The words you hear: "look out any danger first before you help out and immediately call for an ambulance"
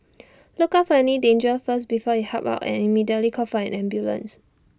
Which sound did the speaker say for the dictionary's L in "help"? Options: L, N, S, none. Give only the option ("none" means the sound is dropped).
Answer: none